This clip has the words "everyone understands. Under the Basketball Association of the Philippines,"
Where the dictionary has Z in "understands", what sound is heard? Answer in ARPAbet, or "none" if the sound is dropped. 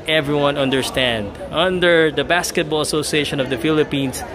none